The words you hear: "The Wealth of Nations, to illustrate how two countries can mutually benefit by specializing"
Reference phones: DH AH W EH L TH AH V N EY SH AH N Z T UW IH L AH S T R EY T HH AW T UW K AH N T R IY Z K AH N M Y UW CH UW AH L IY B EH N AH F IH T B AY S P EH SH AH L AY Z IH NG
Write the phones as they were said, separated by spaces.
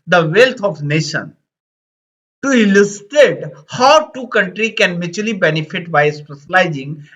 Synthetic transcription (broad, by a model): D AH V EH L T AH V N EY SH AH N T UW IH L AH S T R EY T HH AW T UW K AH N T R IY K AH N M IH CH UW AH L IY B EH N AH F IH T B AY S P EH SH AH L AY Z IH NG